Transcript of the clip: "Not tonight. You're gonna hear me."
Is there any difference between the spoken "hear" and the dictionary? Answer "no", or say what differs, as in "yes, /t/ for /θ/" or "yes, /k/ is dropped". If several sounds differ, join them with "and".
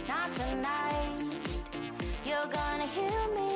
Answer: yes, /l/ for /ɹ/